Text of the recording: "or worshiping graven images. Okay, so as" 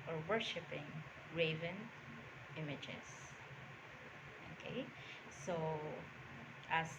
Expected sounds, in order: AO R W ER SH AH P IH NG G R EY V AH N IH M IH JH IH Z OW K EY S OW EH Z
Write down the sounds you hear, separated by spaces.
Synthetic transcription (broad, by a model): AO R W ER SH AH P IH NG R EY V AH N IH M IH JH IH S OW K EY S OW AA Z